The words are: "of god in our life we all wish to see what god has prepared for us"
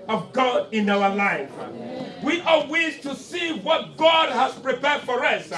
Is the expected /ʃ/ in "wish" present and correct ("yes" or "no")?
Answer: no